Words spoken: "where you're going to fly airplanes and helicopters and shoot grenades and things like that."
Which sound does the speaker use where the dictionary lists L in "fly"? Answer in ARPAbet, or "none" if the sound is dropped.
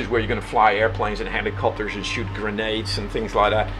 L